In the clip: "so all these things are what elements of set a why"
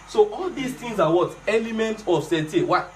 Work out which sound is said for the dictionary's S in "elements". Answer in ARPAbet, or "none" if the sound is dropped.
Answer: none